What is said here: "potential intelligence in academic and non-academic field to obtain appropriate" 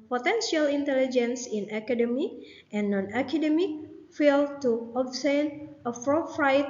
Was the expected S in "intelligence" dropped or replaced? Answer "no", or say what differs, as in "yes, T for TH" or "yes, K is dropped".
no